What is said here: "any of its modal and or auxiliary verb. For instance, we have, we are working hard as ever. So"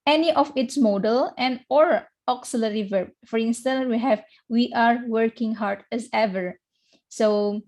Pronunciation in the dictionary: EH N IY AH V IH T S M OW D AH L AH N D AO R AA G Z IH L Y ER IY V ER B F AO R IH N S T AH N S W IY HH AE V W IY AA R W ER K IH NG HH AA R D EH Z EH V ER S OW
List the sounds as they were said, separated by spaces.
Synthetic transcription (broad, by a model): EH N IY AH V IH T S M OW D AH L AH N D AO R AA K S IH L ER IY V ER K F AO R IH N S T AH N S W IY HH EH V W IY AA R W ER K IH NG HH AA R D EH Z EH V ER S OW